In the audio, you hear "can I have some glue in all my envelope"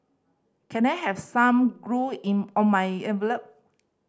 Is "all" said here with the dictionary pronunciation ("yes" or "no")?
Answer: no